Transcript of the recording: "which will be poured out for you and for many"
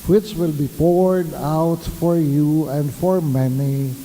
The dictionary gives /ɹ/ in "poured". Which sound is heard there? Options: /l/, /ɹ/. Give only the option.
/ɹ/